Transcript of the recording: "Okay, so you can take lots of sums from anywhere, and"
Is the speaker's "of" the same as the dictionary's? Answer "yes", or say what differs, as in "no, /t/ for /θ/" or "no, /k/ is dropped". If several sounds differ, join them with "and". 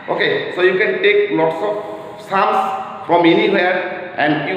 no, /p/ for /v/